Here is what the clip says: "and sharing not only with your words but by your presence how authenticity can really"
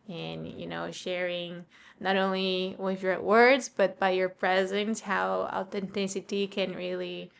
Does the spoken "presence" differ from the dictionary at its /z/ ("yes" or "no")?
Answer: no